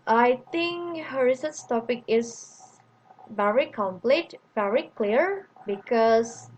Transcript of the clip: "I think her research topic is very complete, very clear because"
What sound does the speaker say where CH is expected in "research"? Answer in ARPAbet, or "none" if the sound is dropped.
S